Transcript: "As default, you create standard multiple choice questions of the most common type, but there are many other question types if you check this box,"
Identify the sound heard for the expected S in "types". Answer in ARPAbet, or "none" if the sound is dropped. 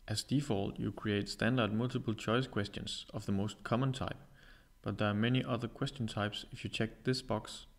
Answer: S